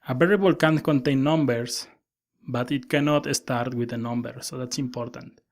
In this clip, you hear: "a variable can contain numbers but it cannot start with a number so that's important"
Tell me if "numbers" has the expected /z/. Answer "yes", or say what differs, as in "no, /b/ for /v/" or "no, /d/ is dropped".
no, /s/ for /z/